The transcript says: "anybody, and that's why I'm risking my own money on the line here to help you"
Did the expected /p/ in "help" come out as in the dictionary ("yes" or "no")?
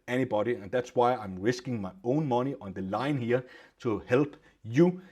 no